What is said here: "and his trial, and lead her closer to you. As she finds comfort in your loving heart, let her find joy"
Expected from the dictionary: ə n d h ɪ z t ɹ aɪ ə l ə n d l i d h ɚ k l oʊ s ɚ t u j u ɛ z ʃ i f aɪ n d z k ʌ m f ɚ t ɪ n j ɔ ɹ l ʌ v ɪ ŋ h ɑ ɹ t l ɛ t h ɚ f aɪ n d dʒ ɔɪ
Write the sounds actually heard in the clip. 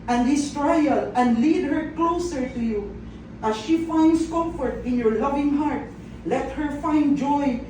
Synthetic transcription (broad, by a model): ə n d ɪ s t ɹ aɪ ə l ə n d l i d h ɚ k l oʊ s ɚ t u j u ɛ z ʃ i f aɪ n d s k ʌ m f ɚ t ɪ n j ɔ ɹ l ʌ v ɪ ŋ h ɑ ɹ t l ɛ t h ɚ f aɪ n d dʒ ɔɪ